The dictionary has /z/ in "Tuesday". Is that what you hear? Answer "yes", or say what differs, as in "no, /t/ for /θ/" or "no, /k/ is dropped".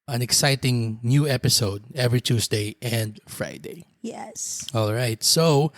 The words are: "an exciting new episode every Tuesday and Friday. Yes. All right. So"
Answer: no, /s/ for /z/